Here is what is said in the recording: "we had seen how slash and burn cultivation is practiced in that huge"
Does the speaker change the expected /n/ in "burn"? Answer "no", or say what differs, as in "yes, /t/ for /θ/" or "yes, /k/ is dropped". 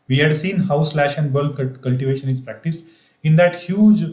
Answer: yes, /l/ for /n/